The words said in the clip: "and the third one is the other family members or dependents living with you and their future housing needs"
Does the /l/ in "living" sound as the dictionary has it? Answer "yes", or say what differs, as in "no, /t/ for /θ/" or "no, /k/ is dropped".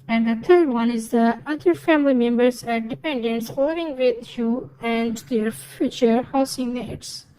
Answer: no, /w/ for /l/